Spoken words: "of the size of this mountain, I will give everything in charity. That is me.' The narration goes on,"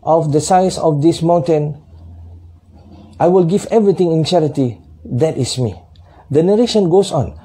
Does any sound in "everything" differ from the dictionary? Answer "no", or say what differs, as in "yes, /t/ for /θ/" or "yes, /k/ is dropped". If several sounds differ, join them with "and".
yes, /t/ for /θ/